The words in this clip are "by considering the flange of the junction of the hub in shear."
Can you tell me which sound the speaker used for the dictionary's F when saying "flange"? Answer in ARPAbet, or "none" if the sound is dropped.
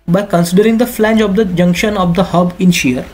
F